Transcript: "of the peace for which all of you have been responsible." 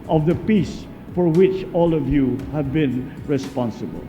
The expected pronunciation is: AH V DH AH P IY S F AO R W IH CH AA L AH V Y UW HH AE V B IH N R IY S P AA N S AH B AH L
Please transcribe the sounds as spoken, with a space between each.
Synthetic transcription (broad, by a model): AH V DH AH P IY S F AO R W IH CH AA L AH V Y UW HH AE V B IH N R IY S P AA N S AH B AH L